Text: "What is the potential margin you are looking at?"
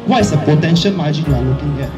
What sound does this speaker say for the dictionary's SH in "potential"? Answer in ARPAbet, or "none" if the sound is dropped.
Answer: SH